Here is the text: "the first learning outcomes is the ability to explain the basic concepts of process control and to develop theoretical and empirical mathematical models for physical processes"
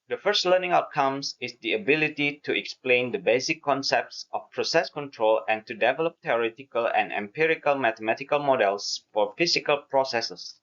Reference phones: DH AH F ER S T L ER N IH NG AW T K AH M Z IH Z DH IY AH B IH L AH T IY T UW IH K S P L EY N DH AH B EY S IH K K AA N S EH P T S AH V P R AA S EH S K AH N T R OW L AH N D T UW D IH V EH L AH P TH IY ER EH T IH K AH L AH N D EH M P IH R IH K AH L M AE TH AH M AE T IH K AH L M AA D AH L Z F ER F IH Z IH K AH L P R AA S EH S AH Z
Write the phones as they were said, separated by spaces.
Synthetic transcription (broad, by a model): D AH F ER S T L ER N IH NG AW T K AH M S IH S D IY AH B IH L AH T IY T UW IH K S P L EY N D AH B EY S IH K K AA N S EH P T S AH F P R AA S EH S K AH N T R OW L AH N T UW D IH V EH L AH P T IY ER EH T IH K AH L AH N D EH M P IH R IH K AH L M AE T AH M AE T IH K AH L M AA D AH L S F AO F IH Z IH K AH L P R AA S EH S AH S